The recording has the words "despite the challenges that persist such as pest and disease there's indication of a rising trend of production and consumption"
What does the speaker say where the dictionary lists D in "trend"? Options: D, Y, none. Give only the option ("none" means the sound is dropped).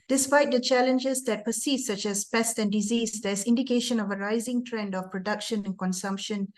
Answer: D